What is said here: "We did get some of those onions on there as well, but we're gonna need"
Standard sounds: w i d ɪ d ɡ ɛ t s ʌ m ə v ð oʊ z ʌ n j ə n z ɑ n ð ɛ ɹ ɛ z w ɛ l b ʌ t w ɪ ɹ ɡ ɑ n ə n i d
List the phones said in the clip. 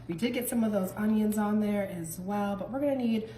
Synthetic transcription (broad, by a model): w i d ɪ d ɡ ɛ t s ʌ m ə v ð oʊ z ʌ n j ə n z n ð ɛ ɹ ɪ z w ɛ l b ʌ t w ɪ ɹ ɡ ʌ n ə n i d